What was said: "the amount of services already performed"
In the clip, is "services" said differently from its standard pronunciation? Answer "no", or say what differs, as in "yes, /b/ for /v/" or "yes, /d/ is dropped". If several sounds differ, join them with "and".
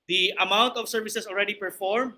yes, /s/ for /z/